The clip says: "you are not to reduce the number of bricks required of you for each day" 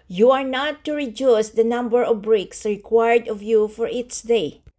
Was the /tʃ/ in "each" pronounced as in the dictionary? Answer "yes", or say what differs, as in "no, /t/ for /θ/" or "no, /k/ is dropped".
no, /s/ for /tʃ/